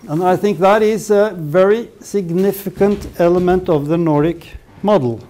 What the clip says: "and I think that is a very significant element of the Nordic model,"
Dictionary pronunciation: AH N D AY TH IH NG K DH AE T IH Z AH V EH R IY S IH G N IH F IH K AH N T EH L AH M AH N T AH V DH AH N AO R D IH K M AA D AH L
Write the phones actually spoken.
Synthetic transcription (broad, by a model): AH N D AY TH IH NG K DH AE T IH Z AH V EH R IY S IH G N IH F IH K AH N T EH L AH M AH N T AH V DH AH N AO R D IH K M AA D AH L